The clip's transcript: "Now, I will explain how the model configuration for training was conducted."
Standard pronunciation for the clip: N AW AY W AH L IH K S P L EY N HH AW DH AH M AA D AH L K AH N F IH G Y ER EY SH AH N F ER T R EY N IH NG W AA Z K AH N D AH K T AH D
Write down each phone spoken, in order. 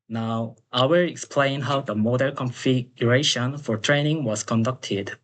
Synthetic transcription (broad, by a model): N AW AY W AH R IH K S P L EY N HH AW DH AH M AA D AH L K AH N F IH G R EY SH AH N F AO T R EY N IH NG W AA S K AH N D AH K T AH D